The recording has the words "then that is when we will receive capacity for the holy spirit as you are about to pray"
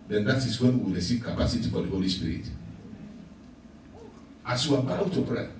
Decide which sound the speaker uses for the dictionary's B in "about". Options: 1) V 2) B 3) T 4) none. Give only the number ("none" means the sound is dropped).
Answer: 4